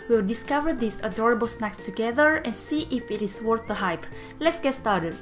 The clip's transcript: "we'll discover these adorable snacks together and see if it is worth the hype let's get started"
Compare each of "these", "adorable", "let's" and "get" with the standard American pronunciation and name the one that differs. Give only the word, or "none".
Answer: these